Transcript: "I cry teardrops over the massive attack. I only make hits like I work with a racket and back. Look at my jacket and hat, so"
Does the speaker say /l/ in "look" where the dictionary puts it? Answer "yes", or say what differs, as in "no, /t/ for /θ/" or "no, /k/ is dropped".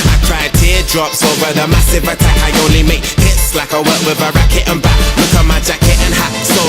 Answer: no, /w/ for /l/